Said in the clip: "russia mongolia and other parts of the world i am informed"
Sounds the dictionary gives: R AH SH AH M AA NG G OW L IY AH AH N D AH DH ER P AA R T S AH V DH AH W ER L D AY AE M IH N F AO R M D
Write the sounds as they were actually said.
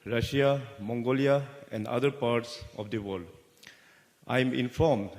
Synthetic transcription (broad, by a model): R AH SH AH M AA NG G OW L IY AH AH N D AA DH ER P AA R T S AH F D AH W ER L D AY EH M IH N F AO R M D